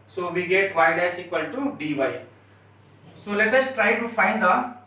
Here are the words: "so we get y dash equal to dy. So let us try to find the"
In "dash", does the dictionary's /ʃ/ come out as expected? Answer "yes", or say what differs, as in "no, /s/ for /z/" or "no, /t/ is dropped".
no, /s/ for /ʃ/